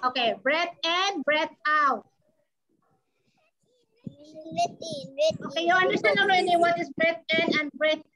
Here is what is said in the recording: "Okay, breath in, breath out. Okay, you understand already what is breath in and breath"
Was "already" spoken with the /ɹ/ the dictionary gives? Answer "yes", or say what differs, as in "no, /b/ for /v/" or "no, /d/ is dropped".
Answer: no, /ɹ/ is dropped